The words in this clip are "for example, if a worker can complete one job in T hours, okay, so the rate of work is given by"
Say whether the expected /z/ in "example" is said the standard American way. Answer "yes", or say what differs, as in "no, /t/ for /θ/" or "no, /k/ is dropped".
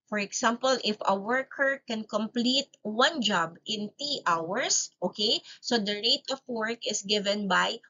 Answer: no, /s/ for /z/